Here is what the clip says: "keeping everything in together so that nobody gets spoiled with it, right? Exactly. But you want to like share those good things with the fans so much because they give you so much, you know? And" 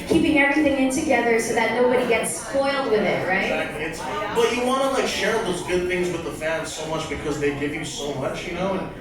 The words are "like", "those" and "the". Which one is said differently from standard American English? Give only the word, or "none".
none